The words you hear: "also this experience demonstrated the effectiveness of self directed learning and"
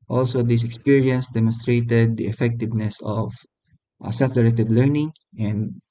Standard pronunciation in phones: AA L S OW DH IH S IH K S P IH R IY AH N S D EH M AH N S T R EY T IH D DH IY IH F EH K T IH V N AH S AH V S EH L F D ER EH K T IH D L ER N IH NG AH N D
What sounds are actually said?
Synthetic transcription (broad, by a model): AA L S OW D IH S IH K S P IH R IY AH N S D EH M AH N S T R EY T IH D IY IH F EH K T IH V N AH S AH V S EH F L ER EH T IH D L ER N IH NG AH N D